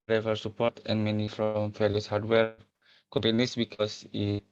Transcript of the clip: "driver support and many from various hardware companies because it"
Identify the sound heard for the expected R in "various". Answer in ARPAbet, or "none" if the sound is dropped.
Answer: L